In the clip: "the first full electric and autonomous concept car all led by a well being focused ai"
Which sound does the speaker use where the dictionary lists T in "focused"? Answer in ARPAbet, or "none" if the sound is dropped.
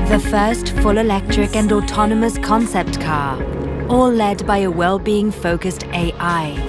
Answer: T